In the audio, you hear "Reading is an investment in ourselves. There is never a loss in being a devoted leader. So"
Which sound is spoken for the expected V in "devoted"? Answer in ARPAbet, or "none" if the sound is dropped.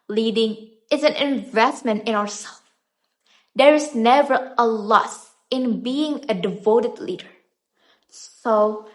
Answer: V